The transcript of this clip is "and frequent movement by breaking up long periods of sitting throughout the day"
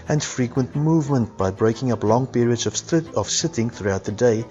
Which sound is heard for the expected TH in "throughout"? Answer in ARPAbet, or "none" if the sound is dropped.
TH